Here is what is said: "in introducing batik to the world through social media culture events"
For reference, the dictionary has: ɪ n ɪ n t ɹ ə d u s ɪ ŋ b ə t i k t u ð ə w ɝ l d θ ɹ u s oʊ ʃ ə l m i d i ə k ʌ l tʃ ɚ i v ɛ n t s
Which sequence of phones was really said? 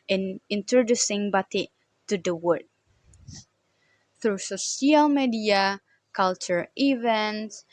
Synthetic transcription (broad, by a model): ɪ n ɪ n t ɹ ə d u s ɪ ŋ b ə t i t u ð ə w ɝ d θ ɹ u s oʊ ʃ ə l m i d i ə k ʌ l tʃ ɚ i v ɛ n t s